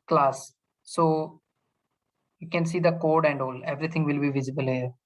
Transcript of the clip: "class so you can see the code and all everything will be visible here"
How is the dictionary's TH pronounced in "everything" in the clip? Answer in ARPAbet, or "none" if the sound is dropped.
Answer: T